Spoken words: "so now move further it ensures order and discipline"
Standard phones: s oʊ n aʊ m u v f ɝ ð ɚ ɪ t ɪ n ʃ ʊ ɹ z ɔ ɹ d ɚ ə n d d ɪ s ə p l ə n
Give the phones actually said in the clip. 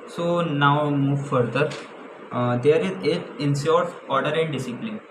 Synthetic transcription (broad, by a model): s oʊ n aʊ m u v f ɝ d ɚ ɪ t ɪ n s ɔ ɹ s ɔ ɹ d ɚ ə n d d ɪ s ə p l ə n